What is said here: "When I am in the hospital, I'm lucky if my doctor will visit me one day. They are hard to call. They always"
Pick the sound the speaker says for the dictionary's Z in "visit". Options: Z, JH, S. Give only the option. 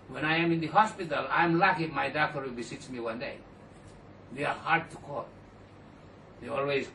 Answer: S